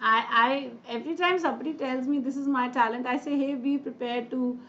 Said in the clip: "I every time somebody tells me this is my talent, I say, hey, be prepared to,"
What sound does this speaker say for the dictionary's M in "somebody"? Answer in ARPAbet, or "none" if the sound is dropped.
none